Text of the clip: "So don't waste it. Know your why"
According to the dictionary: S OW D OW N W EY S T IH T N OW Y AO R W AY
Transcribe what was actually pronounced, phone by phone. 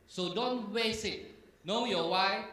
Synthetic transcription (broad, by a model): S OW D OW N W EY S IH T N OW Y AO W AY